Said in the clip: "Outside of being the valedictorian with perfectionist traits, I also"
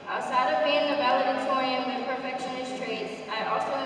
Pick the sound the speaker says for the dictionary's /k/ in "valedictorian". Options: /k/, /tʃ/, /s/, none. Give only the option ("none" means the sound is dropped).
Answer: none